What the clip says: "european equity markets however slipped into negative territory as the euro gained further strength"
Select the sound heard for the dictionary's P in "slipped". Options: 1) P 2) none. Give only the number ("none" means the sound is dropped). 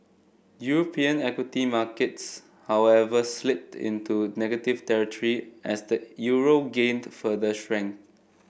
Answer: 2